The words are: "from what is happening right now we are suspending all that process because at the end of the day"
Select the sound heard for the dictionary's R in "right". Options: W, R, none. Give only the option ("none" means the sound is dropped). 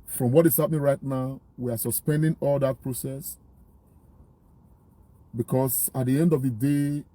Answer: R